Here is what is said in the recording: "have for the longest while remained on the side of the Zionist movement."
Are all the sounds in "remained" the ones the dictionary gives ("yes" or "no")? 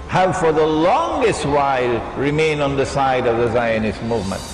no